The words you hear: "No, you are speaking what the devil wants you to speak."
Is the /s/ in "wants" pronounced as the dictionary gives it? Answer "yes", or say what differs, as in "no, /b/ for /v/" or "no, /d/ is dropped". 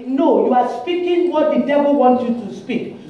no, /s/ is dropped